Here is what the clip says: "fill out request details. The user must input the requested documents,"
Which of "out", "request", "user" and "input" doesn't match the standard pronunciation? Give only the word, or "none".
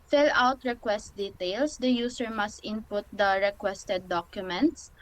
user